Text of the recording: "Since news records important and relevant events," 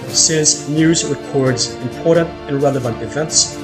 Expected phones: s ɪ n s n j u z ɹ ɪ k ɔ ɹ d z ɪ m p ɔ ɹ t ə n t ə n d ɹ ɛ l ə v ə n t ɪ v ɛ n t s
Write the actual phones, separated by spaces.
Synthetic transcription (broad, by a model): s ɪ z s n j u z ɹ ɪ k ɔ ɹ d z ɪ m p ɔ ɹ t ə n t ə n ɹ ɛ l ə v ə n t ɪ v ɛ n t s